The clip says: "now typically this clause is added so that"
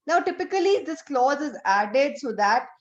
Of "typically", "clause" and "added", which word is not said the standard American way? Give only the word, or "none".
none